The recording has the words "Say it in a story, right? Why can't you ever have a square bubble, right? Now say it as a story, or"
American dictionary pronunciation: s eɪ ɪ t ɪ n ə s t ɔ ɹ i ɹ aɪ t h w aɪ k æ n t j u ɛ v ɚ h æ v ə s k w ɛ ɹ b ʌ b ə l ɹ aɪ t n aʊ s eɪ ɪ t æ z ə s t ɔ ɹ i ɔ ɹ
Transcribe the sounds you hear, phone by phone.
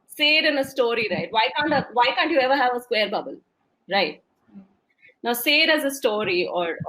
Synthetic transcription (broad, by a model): s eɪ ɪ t ɪ n ə s t ɔ ɹ i ɹ aɪ t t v aɪ k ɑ n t j u ɛ v ɚ h æ v ə s k w ɛ ɹ b ʌ b ə l ɹ aɪ t n aʊ s eɪ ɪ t æ z ə s t ɔ ɹ i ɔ ɹ